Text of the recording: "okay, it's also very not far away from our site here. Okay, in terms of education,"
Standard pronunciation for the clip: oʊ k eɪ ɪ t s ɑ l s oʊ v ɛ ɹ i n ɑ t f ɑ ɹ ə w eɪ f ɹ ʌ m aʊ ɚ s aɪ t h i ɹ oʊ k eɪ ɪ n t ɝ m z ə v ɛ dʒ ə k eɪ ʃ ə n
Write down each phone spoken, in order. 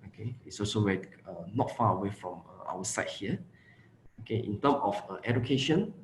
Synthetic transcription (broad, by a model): oʊ k eɪ ɪ t s ɑ l s oʊ w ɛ i n ɑ t f ɑ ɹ ə w eɪ f ɹ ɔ m aʊ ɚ s aɪ t h i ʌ oʊ k eɪ ɪ n t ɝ m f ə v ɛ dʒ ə k eɪ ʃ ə n